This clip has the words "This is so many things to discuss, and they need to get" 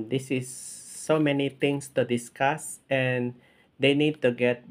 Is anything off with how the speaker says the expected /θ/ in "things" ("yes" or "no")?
yes